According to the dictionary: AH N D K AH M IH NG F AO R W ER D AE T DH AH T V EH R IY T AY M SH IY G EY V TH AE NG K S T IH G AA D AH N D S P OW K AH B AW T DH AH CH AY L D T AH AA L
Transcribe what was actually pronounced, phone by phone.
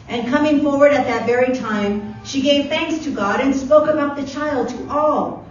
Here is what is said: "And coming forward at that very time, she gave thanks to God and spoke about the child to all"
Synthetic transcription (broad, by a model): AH N K AH M IH NG F AO R W ER D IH T DH AH T V EH R IY T AY M SH IY G EY V TH AE NG K S T IH G AA D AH N S P OW K AH B AW T DH AH CH AY L D T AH AA L